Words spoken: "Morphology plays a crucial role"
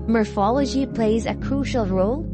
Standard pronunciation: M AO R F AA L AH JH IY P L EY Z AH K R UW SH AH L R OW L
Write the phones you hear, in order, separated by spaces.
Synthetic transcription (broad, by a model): M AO R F AA L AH JH IY P L EY Z AH K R UW SH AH L R OW L